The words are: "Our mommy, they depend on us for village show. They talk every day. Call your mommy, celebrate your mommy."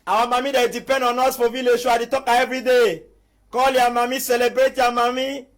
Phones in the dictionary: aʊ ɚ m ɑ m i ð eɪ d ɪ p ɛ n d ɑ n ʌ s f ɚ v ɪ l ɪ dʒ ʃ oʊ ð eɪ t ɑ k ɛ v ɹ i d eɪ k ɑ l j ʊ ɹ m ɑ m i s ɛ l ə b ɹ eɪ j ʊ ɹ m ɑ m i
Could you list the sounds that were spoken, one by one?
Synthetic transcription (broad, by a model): aʊ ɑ m ɑ m i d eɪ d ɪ p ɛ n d ɑ n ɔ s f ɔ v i l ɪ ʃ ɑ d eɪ t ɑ k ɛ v ɹ i d eɪ k ɑ l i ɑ m ɑ m i s ɛ l ə b ɹ eɪ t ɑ m ɑ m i